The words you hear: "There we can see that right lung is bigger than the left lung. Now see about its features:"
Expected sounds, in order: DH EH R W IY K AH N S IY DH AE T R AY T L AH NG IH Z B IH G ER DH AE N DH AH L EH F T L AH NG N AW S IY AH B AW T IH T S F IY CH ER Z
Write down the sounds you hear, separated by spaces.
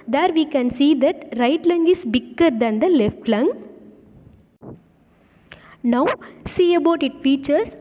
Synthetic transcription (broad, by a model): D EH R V IY K AH N S IY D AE T R AY T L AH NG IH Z B IH G ER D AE N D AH L EH F T L AH NG N AW S IY AH B AW T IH T F IY CH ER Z